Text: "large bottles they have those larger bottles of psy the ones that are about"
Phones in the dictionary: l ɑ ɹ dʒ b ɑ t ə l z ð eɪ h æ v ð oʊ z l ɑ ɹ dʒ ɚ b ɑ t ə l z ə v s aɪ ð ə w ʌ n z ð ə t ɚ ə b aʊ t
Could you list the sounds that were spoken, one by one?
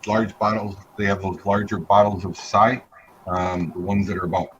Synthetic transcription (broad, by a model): l ɑ ɹ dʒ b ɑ t l z ð eɪ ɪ v ð oʊ z l ɑ ɹ dʒ ɚ b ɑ t l z ə v s aɪ ð ə w ʌ n z ð ə t ɚ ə b aʊ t